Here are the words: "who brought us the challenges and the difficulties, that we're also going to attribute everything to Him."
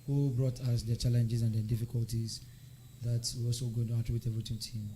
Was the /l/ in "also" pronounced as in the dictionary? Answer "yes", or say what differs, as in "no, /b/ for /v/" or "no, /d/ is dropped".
no, /l/ is dropped